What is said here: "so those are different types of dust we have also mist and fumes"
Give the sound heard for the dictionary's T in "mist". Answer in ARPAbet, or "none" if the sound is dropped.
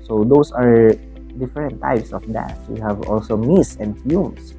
none